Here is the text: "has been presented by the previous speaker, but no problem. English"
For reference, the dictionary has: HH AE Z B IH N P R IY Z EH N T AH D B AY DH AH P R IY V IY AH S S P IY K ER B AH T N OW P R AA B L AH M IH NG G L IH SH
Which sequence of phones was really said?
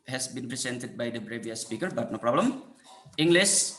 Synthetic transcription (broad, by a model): HH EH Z B IH N P R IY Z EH N T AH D B AY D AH B R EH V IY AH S S P IY K ER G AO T N OW P R AA B L AH M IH NG G L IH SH